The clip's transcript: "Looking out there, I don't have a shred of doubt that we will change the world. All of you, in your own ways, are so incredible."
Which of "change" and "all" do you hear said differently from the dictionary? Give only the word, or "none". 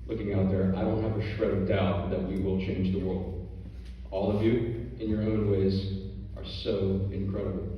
none